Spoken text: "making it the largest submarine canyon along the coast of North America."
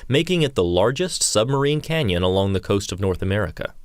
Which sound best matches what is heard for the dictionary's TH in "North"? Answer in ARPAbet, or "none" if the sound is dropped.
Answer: TH